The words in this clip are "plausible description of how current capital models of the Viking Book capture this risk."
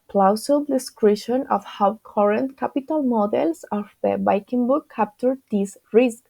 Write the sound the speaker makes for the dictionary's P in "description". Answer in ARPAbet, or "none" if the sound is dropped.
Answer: none